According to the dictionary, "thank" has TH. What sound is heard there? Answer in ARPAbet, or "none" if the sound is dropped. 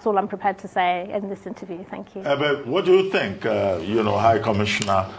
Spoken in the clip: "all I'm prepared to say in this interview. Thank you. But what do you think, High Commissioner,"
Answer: TH